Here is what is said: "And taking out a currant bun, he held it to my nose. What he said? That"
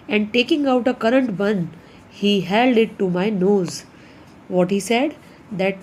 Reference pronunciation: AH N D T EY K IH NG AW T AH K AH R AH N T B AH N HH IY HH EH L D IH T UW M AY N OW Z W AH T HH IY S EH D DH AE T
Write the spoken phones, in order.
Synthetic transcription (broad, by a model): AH N D T EY K IH NG AW T AH K AH R AH N T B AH N HH IY HH EH L D IH T UW M AY N OW Z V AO T HH IY S EH D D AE T